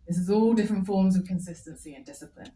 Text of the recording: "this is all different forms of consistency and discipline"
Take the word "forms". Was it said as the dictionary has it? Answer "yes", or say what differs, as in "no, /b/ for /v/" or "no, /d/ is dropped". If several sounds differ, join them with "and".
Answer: yes